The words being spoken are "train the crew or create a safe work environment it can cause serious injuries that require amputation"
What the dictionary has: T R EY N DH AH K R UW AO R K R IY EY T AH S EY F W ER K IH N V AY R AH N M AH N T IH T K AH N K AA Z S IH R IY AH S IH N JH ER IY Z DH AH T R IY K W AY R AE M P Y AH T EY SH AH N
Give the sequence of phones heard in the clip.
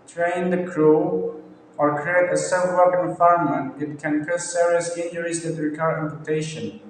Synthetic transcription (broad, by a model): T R EY N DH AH K R UW AO R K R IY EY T AH S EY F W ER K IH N F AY AH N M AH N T IH T K AH N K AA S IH R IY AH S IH N JH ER IY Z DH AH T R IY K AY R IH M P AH T EY SH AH N